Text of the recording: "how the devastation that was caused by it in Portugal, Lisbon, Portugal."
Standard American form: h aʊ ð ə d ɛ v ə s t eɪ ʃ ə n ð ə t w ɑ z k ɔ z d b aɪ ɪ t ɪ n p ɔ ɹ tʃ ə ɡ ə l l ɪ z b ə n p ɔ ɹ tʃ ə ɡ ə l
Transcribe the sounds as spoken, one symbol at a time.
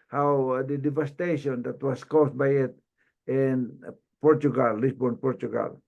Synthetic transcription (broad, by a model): h aʊ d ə d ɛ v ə s t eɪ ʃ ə n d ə t w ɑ s k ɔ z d b aɪ ɪ t ɪ n p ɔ ɹ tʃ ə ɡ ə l l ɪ s b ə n p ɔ ɹ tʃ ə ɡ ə l